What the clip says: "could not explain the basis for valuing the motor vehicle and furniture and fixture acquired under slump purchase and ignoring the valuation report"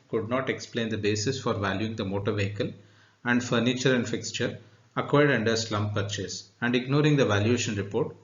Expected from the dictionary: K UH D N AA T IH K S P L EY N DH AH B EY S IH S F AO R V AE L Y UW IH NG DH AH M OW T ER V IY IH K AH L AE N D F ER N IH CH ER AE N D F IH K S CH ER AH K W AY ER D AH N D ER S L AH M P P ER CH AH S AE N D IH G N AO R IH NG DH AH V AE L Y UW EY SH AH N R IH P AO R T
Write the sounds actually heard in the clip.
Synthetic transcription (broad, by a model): K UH D N AA T IH K S P L EY N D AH B EY S IH S F AO R V AE L Y UW IH NG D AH M OW T ER V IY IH K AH L AE N D F ER N IH CH ER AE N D F IH K S CH ER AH K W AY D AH N D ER S L AH M P P ER CH AH S AE N D IH G N AO R IH NG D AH V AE L Y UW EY SH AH N R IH P AO R T